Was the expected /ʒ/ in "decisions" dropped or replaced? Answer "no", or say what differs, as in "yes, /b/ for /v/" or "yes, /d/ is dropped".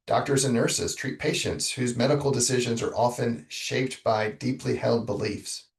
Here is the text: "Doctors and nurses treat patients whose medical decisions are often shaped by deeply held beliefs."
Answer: no